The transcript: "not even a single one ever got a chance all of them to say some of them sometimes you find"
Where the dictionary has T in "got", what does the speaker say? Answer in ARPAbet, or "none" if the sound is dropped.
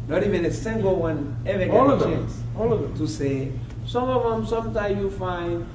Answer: none